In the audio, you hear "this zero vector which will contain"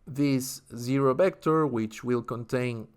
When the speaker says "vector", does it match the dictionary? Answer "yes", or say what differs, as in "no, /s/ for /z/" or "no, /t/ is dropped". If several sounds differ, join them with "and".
no, /b/ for /v/